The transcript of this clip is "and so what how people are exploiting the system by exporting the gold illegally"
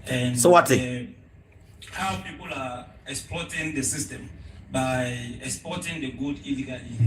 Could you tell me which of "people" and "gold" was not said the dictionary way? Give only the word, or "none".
gold